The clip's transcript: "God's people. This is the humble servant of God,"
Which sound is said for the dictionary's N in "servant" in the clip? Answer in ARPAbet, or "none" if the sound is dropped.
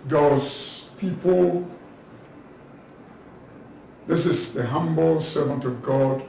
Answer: N